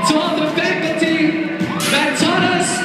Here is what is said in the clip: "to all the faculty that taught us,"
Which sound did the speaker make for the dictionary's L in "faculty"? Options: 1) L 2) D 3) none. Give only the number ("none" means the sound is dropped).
3